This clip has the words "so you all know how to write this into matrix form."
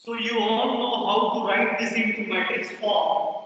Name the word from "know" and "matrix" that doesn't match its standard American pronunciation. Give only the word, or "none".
matrix